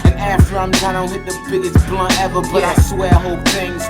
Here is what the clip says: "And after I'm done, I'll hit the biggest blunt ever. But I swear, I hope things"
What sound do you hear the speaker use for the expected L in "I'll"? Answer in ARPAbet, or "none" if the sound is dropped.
N